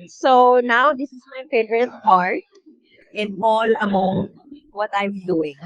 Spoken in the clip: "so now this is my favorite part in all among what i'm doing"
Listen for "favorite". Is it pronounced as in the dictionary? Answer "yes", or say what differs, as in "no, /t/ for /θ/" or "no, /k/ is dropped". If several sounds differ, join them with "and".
no, /p/ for /f/ and /v/ is dropped